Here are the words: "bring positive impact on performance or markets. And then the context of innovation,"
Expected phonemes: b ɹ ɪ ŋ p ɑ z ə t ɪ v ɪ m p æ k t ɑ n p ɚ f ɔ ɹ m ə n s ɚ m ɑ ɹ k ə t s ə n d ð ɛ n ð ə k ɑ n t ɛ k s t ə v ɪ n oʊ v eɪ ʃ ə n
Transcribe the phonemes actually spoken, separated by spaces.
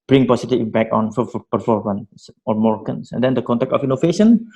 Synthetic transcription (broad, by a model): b ɹ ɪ ŋ p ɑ s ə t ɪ b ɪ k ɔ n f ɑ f p ɚ f ɔ ɹ m ə n s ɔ m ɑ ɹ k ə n s ə n d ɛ n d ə k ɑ n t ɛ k t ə f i n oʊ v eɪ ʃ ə n